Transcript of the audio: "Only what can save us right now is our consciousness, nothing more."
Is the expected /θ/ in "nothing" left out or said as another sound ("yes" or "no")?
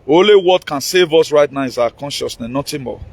yes